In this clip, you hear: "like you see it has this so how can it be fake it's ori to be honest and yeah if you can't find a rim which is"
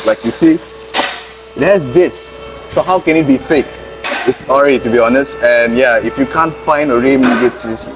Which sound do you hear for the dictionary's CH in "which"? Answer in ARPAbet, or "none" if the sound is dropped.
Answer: S